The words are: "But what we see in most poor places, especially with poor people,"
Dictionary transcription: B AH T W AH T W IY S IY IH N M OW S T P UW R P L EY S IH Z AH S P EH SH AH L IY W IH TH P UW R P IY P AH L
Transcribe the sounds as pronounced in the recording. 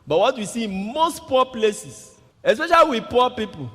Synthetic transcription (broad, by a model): B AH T W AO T W IY S IY IH N M OW S T P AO P L EY S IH S AH S P EH SH AH L IY W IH P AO P IY P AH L